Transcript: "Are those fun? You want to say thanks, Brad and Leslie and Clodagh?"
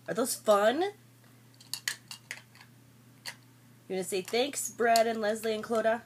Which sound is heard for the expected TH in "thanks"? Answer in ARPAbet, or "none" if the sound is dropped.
TH